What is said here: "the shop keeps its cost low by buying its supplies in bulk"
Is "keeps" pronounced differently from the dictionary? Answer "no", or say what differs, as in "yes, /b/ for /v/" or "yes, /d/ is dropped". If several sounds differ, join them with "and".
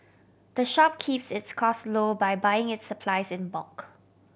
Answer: no